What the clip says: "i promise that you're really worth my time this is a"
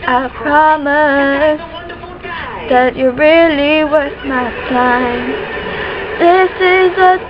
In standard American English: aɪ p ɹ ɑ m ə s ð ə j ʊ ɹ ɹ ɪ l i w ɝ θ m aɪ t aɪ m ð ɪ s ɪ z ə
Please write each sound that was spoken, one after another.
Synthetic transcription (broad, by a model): aɪ p ɹ ɑ m ə s ð ə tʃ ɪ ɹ ɹ ɪ l i w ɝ s m aɪ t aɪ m ð ɪ s ɪ z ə